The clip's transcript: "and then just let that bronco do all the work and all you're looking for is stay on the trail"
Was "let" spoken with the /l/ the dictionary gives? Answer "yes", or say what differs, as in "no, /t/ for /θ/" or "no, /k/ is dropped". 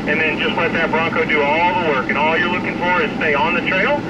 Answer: no, /w/ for /l/